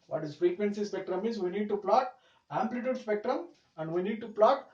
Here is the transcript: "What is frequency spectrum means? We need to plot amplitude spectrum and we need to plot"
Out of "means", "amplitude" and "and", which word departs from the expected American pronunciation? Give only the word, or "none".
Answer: means